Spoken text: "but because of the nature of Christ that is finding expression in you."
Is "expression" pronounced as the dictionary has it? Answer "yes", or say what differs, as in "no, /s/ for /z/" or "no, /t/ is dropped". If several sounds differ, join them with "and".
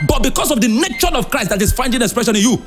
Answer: yes